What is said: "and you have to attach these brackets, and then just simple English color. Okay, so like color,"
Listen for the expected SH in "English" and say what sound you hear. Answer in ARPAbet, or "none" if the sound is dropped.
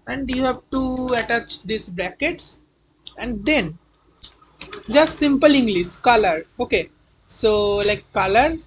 S